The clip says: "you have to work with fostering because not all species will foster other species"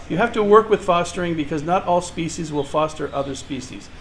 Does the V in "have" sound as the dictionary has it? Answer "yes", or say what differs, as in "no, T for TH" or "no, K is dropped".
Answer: no, F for V